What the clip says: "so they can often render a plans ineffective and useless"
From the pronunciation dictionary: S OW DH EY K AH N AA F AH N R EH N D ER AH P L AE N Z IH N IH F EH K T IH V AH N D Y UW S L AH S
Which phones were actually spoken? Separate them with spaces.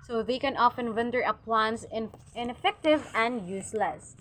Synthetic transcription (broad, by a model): S OW DH EY K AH N AA F AH N W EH N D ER AH P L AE N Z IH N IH F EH K T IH V AH N D Y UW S L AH S